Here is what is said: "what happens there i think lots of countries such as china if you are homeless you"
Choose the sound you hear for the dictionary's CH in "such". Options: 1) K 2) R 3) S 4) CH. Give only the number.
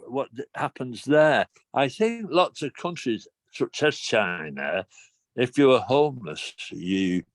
3